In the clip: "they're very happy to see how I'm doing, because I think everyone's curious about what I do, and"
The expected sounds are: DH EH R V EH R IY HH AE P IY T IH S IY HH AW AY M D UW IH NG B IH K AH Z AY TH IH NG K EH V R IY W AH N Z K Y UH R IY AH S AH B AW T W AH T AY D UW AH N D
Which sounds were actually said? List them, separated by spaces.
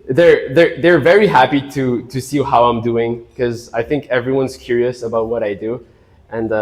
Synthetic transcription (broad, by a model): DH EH R V EH R IY HH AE P IY T IH S IY HH AW AY M D UW IH NG K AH Z AY TH IH NG K EH V R IY W AH N Z K Y UH R IY AH S AH B AW T W AH T AY D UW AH N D